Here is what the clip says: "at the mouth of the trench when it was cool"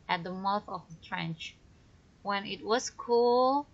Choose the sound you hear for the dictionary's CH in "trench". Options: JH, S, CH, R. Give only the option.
CH